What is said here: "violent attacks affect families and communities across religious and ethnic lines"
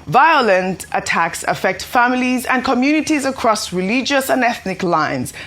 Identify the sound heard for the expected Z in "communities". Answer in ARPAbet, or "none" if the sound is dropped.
Z